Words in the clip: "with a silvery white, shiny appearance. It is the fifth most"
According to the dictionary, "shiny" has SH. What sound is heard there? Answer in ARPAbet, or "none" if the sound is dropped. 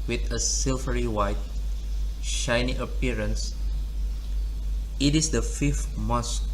SH